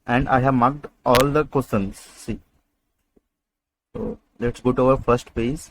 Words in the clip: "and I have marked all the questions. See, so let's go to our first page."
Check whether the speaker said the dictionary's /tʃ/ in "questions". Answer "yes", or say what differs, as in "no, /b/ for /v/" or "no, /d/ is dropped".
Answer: no, /tʃ/ is dropped